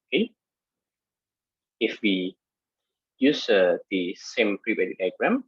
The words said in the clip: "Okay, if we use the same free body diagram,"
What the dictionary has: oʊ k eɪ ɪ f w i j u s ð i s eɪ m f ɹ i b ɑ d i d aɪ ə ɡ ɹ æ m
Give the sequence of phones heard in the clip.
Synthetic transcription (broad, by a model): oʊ k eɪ ɪ f w i j u s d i s eɪ m p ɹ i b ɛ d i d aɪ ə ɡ ɹ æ m